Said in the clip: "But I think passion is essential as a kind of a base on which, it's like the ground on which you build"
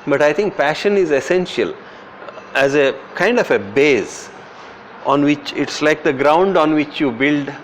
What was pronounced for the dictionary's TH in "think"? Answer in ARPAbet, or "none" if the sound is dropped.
T